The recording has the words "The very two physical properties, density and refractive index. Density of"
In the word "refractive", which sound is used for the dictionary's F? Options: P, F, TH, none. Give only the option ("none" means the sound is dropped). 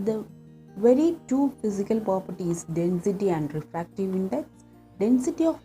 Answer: F